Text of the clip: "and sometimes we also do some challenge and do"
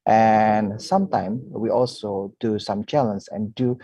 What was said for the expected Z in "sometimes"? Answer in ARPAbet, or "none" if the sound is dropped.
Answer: none